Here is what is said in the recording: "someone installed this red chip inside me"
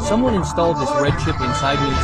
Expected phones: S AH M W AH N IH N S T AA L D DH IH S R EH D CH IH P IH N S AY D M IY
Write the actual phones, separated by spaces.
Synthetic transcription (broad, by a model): S AH M W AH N IH N S T AA L D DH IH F R EH D SH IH P IH N S AY D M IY